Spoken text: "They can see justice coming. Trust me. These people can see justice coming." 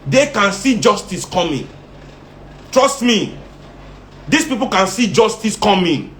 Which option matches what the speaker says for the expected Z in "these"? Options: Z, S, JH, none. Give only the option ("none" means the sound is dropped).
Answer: S